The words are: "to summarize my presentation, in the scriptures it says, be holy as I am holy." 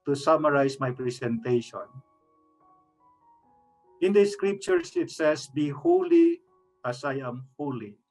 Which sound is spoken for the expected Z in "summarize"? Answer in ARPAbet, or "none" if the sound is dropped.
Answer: S